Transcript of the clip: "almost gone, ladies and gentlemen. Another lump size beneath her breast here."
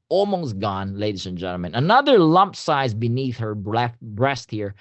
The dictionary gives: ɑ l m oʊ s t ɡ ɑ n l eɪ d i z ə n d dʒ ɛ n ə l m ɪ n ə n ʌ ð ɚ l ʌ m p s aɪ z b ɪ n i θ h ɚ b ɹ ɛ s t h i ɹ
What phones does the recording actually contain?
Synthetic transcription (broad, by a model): ɑ l m oʊ s t ɡ ɑ n l eɪ d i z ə n dʒ ɛ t l m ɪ n ə n ʌ ð ɚ l ʌ m p s aɪ z b ɪ n i θ h ɚ b ɹ ɛ s t h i ɹ